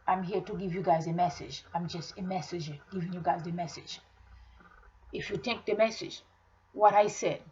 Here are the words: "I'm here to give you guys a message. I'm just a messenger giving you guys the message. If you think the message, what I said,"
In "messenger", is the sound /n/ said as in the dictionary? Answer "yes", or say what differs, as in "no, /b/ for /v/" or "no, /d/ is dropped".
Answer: no, /n/ is dropped